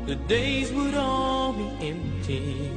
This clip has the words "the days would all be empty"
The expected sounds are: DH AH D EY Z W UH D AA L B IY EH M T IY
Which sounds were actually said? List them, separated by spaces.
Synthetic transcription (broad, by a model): DH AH D EY Z W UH D AA L B IY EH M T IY